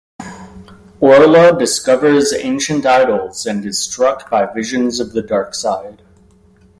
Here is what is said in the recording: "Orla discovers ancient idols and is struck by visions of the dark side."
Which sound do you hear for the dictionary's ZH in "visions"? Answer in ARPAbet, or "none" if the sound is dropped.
ZH